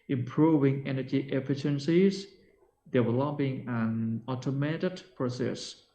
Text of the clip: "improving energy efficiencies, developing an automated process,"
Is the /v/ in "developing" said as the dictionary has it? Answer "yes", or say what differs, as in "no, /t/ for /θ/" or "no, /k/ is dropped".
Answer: no, /w/ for /v/